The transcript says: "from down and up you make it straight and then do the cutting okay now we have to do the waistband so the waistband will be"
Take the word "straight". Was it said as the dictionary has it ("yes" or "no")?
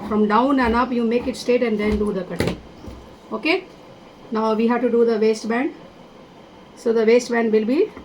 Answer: no